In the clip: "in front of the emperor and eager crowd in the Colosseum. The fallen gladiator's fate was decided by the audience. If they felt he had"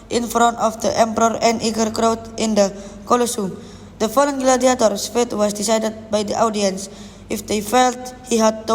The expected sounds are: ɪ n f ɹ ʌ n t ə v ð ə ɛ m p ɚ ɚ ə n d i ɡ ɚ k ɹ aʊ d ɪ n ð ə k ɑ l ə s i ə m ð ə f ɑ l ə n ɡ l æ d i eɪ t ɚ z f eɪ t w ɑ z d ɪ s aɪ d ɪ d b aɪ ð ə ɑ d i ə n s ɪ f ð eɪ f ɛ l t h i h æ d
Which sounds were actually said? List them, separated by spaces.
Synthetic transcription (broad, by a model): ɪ n f ɹ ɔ n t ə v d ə ɛ m p ɚ ɚ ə n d i ɡ ɚ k ɹ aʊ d ɪ n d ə k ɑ l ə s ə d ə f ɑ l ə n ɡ l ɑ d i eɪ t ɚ s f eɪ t w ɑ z d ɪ s aɪ d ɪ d b aɪ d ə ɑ d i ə n s ɪ f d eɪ f ɛ l t h i h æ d